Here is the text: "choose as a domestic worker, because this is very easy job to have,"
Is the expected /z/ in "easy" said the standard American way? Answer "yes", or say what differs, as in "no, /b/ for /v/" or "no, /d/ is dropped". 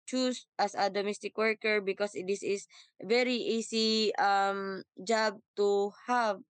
no, /s/ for /z/